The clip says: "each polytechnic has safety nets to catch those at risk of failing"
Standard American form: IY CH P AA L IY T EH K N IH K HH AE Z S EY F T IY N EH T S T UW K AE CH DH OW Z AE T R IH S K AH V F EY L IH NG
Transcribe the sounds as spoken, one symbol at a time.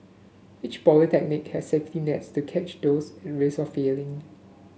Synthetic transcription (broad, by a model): IY CH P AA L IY T EH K N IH K HH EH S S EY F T IY N EH T S T UW K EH CH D OW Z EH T R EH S AH F EY L IH NG